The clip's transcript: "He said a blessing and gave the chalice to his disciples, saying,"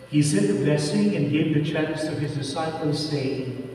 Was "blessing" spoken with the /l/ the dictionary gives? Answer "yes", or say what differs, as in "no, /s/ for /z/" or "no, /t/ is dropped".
no, /l/ is dropped